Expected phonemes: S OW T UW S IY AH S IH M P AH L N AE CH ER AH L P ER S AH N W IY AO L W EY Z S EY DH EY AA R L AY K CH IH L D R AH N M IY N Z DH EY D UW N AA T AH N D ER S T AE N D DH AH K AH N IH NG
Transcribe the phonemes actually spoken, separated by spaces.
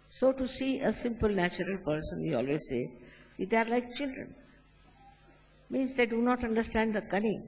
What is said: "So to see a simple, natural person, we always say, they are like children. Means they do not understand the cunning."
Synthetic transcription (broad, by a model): S OW T UW S IY AH S IH M P AH L N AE CH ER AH L P ER S AH N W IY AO L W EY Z S EY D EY AA R L AY K CH IH L D R AH N M IY N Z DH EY D UW N AA T AH N D ER S T AE N D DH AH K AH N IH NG